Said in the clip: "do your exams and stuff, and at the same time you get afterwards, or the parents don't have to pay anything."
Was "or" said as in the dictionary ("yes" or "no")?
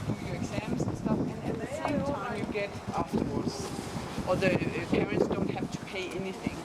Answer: no